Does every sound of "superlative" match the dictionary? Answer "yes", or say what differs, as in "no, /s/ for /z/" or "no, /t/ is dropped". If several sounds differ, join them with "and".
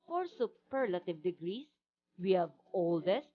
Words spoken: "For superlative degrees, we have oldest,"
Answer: yes